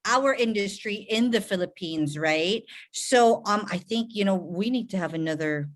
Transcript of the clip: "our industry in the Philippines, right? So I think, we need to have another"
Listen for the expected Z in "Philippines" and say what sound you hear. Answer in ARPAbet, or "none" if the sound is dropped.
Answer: Z